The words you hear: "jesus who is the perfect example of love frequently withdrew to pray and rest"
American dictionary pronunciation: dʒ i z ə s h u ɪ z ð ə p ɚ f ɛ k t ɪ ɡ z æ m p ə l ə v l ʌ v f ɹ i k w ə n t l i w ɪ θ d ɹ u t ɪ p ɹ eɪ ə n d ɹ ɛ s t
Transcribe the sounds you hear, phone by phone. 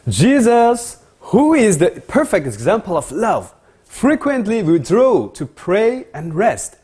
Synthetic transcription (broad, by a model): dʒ i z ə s h u ɪ z ð ə p ɚ f ɛ k t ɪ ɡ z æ m p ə l ə v l ʌ v f ɹ i k w ə n t l i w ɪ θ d ɹ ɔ t ɪ p ɹ eɪ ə n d ɹ ɛ s t